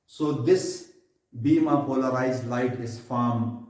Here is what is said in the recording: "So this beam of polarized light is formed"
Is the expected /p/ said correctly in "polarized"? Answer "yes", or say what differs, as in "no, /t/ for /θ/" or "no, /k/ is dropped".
yes